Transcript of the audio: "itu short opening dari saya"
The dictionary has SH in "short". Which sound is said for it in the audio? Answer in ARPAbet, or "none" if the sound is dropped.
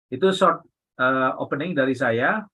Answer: S